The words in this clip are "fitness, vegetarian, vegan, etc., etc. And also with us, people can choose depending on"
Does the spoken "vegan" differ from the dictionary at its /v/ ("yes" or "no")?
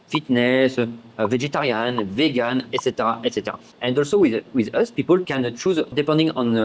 no